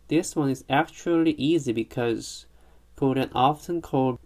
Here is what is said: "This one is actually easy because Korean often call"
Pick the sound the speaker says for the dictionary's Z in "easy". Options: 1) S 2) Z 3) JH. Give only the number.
2